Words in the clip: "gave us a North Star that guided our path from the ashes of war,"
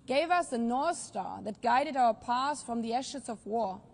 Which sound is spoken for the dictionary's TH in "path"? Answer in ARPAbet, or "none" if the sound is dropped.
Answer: S